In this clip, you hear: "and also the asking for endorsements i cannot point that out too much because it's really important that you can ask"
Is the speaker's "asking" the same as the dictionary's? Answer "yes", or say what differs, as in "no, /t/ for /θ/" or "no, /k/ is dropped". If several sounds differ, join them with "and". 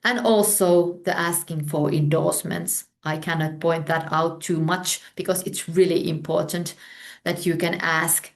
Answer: yes